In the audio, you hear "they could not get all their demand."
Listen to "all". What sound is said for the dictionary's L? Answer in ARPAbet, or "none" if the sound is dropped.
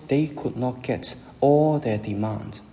L